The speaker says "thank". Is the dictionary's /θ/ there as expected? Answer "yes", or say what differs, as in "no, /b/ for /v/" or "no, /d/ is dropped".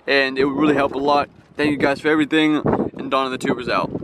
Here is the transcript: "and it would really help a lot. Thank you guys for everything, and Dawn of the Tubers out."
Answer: yes